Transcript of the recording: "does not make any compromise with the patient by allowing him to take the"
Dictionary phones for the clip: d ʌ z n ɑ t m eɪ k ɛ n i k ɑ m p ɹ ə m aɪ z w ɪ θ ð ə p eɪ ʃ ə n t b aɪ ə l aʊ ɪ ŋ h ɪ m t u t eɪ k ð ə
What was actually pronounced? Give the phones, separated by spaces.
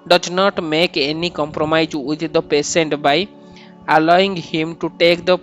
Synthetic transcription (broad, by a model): d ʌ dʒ n ɑ t m eɪ k ɛ n i k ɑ m p ɹ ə m aɪ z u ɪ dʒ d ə p eɪ s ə n t b aɪ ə l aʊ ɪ ŋ h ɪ m t u t eɪ k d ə